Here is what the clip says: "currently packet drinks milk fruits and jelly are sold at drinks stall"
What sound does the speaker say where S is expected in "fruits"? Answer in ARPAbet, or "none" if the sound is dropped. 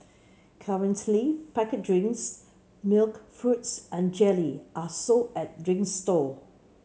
S